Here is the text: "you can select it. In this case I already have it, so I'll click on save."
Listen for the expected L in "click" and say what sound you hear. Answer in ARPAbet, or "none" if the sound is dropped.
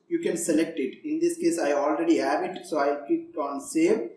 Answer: none